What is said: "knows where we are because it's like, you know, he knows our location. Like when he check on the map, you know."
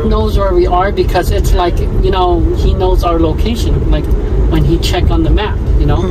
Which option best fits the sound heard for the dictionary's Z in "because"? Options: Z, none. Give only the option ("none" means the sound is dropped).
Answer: Z